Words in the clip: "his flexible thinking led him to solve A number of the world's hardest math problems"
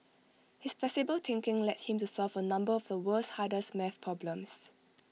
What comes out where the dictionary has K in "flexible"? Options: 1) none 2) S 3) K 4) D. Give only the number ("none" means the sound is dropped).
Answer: 1